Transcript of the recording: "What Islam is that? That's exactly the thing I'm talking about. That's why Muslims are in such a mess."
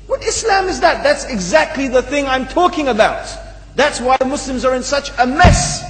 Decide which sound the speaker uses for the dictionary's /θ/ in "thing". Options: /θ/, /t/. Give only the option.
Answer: /θ/